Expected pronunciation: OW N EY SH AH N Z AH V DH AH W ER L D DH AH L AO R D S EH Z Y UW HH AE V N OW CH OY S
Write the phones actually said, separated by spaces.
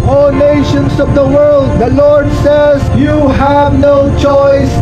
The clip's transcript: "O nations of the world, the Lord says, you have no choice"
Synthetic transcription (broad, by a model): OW N EY SH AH N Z AH V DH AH W ER L D DH AH L AO R D S EH Z Y UW HH AE V N OW CH OY S